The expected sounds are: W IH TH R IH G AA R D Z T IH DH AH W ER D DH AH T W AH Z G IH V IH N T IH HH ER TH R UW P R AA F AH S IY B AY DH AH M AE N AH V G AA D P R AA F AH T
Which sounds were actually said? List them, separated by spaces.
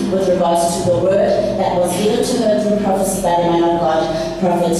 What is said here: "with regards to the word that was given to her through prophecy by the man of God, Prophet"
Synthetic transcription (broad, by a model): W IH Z R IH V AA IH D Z T IH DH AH W ER D DH AH T W AH Z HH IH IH L T IH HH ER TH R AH P R AA F AH S IY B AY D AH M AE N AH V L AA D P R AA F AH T